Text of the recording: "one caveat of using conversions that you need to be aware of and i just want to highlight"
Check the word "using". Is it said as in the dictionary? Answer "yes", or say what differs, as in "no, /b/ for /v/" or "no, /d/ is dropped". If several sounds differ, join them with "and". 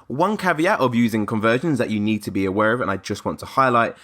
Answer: yes